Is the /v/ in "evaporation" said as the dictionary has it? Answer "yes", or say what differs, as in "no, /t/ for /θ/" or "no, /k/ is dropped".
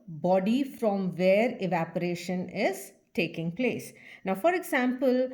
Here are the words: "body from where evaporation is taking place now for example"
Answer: yes